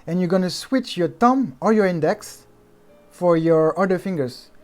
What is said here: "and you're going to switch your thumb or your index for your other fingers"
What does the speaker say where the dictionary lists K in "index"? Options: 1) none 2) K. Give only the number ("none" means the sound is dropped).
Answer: 2